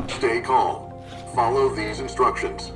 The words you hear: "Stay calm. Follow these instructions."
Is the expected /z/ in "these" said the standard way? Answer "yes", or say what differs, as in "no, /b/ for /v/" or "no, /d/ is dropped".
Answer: yes